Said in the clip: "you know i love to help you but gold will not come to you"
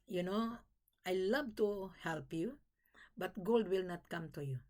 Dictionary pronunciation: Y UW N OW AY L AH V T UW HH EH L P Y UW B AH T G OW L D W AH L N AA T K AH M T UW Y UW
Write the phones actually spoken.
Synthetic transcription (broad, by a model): Y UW N OW AY L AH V T UW HH EH L P Y UW B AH T G OW L D W AH L N AA T K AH M T UW Y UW